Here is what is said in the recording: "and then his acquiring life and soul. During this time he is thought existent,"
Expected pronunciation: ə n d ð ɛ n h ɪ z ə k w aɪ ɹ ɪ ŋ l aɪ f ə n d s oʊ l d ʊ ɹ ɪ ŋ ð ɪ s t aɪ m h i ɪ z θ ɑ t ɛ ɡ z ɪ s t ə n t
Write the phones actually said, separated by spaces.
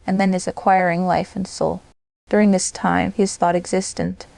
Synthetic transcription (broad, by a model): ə n ð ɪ n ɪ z ə k w aɪ ɹ ɪ ŋ l aɪ f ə n s oʊ l d ʊ ɹ ɪ ŋ ð ɪ s t aɪ m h i ɪ z θ ɑ t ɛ ɡ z ɪ s t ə n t